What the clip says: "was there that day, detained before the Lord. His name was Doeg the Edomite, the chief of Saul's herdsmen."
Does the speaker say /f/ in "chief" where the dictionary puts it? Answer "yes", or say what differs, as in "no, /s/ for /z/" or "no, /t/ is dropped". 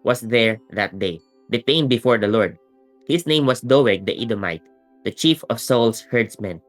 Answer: yes